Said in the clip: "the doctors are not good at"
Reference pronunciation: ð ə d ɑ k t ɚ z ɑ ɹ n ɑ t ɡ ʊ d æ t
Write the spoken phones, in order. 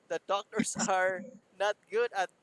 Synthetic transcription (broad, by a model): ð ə d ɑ k t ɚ s ɑ ɹ n ɑ t ɡ ʊ d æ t